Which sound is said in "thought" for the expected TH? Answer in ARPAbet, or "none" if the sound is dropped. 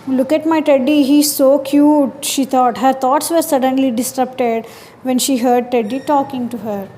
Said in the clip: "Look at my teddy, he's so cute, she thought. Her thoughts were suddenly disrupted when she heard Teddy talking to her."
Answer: T